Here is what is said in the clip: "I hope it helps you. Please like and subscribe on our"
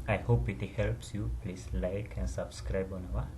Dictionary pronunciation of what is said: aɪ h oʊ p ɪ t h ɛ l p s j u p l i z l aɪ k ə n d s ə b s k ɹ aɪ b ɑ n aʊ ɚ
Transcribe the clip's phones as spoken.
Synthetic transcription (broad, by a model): aɪ h oʊ p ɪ t h ɛ l p s j u p l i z l aɪ k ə n s ə b s k ɹ aɪ b ɑ n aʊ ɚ